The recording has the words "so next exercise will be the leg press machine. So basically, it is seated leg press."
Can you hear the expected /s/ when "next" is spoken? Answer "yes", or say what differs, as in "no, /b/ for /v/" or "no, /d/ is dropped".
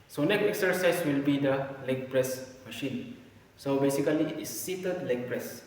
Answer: no, /s/ is dropped